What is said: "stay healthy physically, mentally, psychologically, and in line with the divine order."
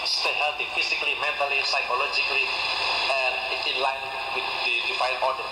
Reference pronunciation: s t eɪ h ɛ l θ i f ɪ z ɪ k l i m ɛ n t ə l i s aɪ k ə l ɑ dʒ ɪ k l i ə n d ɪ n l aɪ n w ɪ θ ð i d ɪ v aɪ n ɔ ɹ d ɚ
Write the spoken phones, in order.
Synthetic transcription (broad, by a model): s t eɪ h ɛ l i f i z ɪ k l i m ɛ n t ə l i s aɪ k ə l ɑ dʒ ɪ k l i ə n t ɪ n l aɪ n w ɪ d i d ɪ f aɪ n ɔ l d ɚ